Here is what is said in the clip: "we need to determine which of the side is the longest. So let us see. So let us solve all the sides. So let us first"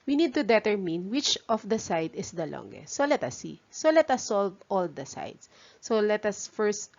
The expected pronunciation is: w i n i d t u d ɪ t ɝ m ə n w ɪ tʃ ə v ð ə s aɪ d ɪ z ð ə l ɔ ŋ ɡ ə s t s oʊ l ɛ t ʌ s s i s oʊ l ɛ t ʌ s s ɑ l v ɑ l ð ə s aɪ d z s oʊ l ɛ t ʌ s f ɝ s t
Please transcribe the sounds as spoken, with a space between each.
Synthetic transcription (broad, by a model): w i n i d t u d ɪ t ɝ m ə n w ɪ tʃ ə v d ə s aɪ d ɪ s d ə l ɔ ŋ ɡ ə s t s oʊ l ɛ t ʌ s s i s oʊ l ɛ t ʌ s s ɑ l v ɑ l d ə s aɪ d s s oʊ l ɛ t ʌ s f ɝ s t